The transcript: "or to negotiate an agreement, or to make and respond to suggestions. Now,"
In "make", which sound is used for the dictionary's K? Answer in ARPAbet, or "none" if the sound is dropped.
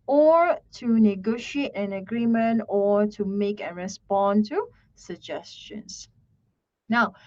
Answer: K